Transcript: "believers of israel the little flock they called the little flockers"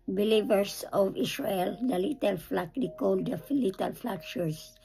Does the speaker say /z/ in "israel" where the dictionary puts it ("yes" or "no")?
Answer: no